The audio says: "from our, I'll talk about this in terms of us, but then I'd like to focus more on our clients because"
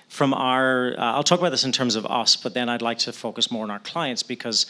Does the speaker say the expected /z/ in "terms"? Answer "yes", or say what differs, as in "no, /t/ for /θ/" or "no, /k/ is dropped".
yes